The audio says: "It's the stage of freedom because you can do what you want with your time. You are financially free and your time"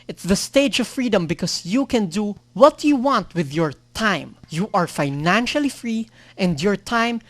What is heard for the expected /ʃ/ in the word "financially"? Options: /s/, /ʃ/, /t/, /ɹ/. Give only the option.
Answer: /ʃ/